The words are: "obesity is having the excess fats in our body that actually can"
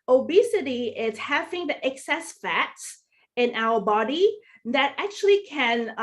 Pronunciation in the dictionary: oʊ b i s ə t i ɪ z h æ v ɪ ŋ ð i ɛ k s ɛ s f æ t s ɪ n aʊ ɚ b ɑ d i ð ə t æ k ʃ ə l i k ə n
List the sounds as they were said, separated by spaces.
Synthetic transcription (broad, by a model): oʊ b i s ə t i ɪ z h æ v ɪ ŋ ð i ɛ k s ɛ s f æ t s ɪ n aʊ ɚ b ɑ d i ð ə t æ k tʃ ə l i k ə n